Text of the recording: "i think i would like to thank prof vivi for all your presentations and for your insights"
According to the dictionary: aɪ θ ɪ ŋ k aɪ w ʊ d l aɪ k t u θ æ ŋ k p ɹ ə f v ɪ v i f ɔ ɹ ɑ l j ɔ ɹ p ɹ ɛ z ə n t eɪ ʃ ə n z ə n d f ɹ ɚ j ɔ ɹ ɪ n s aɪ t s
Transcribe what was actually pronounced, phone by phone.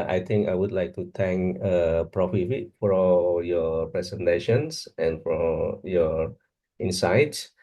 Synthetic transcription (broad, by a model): aɪ t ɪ ŋ k aɪ w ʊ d l aɪ k t u t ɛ ŋ k p ɹ ə f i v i f ɔ ɹ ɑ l j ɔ p ɹ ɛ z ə n t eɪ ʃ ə n s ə n f ɹ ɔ j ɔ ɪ n s aɪ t s